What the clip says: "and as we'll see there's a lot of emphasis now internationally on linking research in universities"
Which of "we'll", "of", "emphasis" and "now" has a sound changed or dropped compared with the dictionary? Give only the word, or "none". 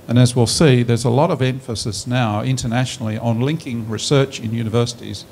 none